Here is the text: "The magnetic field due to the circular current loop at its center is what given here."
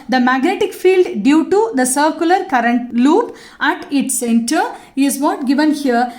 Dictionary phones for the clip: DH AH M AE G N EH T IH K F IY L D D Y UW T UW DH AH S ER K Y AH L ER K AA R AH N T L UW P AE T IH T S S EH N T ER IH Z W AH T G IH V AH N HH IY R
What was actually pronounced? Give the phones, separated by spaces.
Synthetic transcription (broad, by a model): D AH M AE G N EH T IH K F IY L D D Y UW T UW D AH S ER K Y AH L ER K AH R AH N T L UW P AE T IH T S S EH N T ER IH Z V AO T G IH V AH N HH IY R